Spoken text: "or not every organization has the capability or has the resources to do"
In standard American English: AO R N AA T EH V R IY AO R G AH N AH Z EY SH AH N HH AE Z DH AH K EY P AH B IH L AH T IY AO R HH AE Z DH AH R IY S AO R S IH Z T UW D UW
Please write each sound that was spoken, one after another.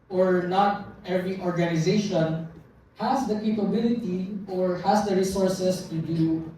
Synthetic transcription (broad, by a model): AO R N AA T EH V R IY AO R G AH N AH Z EY SH AH N HH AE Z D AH K EY P AH B IH L AH T IY AO R HH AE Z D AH R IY S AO R S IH S T UW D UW